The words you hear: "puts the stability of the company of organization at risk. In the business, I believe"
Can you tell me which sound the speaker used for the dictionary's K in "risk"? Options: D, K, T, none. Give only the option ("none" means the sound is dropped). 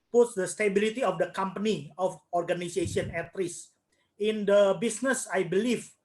none